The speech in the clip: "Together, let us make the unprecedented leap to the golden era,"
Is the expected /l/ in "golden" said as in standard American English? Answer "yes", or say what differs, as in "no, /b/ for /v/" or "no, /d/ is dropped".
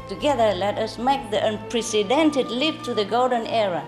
yes